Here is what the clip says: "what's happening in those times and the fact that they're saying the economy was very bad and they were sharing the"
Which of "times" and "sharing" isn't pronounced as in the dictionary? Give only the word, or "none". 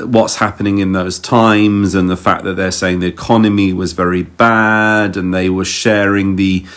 none